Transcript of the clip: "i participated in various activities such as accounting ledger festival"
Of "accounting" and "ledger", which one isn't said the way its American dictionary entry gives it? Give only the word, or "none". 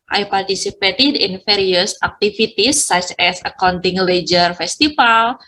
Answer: none